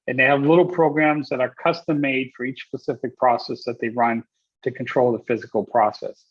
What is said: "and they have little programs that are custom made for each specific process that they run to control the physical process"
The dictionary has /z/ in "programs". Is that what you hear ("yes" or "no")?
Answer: yes